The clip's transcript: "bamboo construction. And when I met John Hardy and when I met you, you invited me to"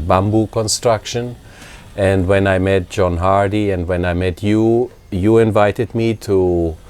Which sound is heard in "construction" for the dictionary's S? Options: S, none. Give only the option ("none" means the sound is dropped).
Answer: S